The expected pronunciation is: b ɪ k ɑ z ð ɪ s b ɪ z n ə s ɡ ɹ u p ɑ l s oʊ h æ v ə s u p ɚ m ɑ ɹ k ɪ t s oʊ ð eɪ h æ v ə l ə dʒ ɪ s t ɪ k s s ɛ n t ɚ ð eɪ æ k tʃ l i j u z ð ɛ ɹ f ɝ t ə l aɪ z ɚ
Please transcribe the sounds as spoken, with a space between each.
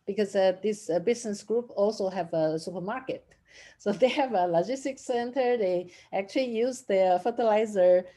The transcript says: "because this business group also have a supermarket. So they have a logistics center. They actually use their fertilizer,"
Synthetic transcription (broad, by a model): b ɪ k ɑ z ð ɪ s b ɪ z n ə s ɡ ɹ u p ɑ l s oʊ h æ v ə s u p ɚ m ɑ ɹ k ɪ t s oʊ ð eɪ h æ v ə l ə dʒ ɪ s t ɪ k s s ɛ n t ɚ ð eɪ æ k tʃ l i j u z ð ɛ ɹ f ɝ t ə l aɪ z ɚ